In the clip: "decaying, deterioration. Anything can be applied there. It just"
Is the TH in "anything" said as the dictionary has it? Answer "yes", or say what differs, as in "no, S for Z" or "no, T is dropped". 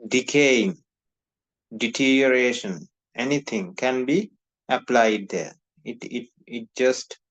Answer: no, T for TH